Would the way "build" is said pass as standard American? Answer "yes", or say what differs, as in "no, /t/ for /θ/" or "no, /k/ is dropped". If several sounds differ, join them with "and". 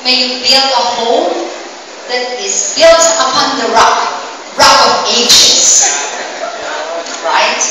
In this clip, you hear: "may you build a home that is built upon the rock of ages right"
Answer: no, /d/ is dropped